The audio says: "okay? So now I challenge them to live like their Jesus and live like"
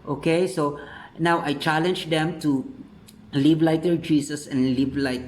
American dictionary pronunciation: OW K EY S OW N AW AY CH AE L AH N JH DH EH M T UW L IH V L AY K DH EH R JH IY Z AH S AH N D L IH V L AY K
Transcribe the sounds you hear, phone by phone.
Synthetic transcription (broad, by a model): OW K EY S OW N AW AY CH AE L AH N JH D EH M T UW L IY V L AY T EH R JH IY S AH S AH N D L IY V L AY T